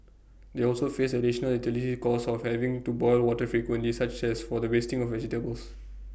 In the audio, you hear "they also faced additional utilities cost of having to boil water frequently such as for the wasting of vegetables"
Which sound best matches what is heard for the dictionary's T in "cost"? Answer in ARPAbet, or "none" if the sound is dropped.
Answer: none